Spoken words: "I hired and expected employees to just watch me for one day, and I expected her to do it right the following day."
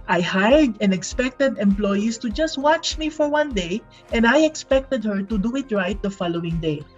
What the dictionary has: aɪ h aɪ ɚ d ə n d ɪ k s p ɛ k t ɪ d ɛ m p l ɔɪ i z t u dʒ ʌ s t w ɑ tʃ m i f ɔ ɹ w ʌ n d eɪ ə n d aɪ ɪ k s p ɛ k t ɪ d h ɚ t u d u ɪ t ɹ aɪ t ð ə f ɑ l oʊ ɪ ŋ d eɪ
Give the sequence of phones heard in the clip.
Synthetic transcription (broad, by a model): aɪ h aɪ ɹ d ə n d ɪ k s p ɛ k t ɪ d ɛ m p l ɔɪ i s t u dʒ ʌ s t w ɑ tʃ m i f ɔ ɹ w ʌ n d eɪ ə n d aɪ ɪ k s p ɛ k t ɪ d h ɚ t u d u ɪ t ɹ aɪ t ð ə f ɑ l oʊ ɪ ŋ d eɪ